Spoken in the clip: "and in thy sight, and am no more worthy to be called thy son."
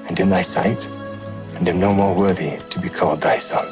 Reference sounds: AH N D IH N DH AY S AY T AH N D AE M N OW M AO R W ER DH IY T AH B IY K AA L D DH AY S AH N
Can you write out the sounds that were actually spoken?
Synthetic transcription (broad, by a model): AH N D IH N DH AY S AY T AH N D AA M N OW M AO R W ER DH IY T AH B IY K AA L D DH AY S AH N